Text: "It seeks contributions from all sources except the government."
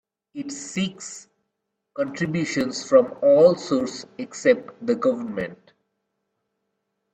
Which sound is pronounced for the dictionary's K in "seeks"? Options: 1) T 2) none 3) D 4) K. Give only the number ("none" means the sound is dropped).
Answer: 4